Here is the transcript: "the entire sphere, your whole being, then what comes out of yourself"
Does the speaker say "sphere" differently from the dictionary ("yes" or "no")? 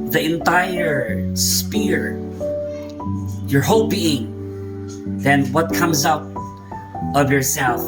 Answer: yes